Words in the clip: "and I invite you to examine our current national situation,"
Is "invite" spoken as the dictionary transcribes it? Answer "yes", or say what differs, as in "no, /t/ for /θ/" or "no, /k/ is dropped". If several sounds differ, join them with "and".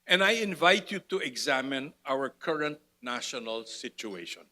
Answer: yes